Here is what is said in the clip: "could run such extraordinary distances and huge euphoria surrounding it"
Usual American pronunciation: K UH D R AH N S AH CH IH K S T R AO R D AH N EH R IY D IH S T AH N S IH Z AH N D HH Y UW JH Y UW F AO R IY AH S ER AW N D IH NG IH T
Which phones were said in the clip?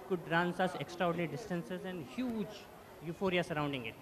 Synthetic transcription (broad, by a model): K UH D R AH N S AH S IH K S T R AO R D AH N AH R IY D IH S T AH N S IH Z AH N D HH Y UW JH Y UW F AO R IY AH S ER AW N D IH NG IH T